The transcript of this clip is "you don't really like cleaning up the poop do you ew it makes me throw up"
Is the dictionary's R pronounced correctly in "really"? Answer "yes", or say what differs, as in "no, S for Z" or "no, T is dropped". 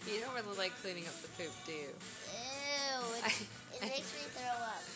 yes